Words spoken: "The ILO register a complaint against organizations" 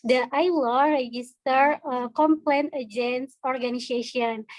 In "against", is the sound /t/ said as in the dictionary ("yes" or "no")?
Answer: no